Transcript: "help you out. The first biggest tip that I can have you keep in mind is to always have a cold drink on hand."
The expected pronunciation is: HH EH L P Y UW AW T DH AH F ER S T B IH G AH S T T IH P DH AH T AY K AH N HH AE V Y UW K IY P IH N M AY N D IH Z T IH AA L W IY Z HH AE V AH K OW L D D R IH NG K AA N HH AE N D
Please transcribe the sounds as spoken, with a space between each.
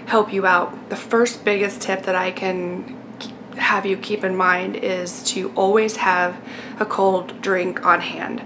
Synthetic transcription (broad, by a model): HH EH L P Y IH AW T DH AH F ER S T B IH G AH S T T IH P DH AH T AY K AH N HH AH V Y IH K IY P IH N M AY N D IH Z T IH AA L W IY Z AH V AH K OW L D D R IH NG K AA N HH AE N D